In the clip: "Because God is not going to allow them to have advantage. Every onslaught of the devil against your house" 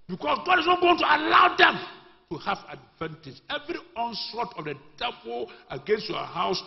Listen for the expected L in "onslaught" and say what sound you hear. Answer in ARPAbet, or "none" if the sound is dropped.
none